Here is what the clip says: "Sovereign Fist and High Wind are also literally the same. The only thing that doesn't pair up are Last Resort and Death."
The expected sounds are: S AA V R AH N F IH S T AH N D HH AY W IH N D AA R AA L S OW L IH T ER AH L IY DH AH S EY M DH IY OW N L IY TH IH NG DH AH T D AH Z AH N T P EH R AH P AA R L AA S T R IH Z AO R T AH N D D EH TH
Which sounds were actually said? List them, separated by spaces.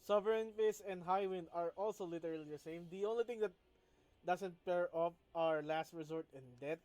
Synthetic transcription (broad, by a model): S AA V R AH N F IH S AH N D HH AY W IH N D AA R AA L S OW L IH T ER AH L IY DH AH S EY M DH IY OW N L IY T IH NG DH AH T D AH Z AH N T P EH R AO F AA R L AA S T R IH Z AO R T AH N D D EH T